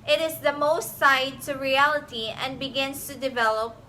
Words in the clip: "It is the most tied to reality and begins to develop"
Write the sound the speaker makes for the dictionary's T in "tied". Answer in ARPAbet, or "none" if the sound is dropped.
S